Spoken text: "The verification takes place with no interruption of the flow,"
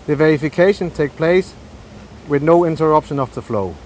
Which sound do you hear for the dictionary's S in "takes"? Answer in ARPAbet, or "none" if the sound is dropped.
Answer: none